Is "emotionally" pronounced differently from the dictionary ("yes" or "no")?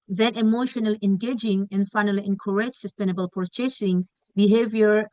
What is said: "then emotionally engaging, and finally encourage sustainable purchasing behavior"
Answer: no